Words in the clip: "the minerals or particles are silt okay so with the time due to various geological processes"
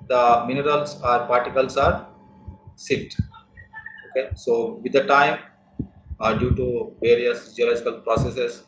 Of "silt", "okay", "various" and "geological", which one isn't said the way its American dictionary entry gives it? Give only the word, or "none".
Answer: silt